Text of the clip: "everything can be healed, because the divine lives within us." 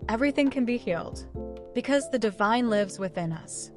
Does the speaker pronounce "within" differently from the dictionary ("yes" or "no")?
no